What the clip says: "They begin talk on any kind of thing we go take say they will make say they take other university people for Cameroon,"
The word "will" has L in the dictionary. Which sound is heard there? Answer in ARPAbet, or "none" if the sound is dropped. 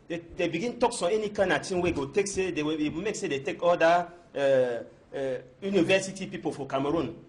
W